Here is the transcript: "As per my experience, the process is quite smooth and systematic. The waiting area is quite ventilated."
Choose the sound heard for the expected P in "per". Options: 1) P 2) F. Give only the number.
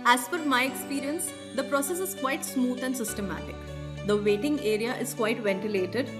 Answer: 2